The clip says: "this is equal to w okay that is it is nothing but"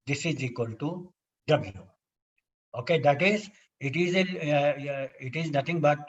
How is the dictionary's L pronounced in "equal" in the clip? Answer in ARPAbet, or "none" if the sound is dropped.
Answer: L